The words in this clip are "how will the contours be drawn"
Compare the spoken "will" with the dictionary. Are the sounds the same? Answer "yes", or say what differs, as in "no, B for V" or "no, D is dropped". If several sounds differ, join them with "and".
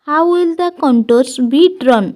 yes